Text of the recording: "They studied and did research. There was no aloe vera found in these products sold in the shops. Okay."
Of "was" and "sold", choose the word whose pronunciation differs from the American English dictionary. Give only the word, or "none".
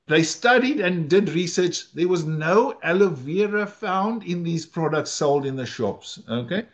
none